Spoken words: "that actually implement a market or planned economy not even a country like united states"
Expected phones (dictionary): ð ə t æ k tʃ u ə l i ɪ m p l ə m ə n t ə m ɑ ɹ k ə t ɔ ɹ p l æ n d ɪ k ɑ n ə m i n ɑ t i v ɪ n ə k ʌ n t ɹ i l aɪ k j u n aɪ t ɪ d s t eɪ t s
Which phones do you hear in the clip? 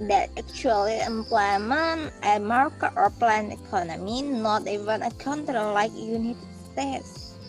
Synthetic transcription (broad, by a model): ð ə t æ k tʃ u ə l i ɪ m p l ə m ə n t ə m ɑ ɹ k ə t ɔ ɹ p l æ n ɪ k ɑ n ə m i n ɑ t i v ɪ n ə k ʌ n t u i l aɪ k j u n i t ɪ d s t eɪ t s